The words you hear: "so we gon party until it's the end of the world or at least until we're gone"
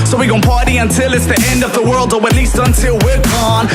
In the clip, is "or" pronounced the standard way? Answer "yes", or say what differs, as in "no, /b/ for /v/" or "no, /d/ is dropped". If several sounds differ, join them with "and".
no, /w/ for /ɹ/